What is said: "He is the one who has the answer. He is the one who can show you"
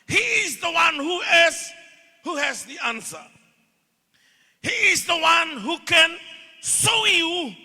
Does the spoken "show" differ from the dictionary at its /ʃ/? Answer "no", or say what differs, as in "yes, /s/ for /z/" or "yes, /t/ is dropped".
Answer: yes, /s/ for /ʃ/